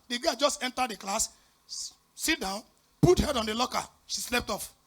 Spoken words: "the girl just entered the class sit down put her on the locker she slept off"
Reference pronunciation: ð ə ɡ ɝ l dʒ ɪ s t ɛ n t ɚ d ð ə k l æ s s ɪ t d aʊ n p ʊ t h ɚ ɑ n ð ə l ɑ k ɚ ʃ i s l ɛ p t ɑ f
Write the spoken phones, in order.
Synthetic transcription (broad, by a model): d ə ɡ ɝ dʒ ɪ s t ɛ n t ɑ d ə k l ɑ s s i t d aʊ n p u t h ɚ ɑ n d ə l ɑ k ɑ ʃ i s l ɛ p t ɑ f